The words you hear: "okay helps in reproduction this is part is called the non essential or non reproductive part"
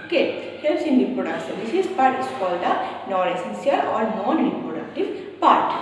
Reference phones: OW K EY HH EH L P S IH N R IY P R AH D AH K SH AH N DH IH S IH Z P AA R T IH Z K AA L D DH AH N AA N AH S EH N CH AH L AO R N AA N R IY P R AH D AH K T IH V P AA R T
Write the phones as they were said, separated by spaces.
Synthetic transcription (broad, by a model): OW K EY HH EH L S IH N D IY P R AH D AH K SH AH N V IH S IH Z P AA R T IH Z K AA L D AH N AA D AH S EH N S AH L AO R N AA N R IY P R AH D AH K T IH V P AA R T